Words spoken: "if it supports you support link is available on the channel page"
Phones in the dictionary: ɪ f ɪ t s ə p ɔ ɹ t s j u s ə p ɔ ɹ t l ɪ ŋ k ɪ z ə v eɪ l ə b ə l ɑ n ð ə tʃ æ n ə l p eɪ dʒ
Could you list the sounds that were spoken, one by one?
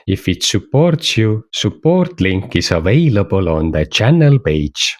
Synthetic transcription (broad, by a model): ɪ f ɪ t s ə p ɔ ɹ t s j u s ə p ɔ ɹ t l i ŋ k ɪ s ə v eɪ l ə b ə l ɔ n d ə tʃ æ n ə l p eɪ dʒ